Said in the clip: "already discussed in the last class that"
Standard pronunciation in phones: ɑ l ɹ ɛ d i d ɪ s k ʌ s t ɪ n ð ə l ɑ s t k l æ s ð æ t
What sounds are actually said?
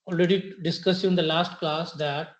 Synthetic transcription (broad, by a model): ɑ l ɹ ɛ d i d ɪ s k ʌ s ɪ n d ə l ɑ s t k l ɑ s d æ t